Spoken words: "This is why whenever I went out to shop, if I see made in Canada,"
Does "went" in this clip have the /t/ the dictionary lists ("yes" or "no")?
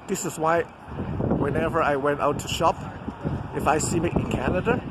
yes